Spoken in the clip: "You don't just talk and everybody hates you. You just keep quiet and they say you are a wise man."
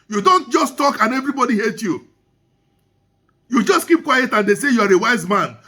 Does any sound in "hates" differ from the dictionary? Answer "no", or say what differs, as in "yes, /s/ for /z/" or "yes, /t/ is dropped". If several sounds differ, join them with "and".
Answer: yes, /s/ is dropped